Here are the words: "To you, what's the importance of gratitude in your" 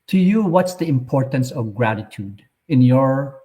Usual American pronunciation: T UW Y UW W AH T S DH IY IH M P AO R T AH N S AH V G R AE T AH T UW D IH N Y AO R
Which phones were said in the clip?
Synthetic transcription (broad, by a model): T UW Y UW W AH T S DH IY IH M P AO R T AH N S AH V G R AE T AH T UW D IH N Y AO R